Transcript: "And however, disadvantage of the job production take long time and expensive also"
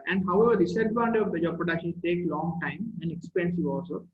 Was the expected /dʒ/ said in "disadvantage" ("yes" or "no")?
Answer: no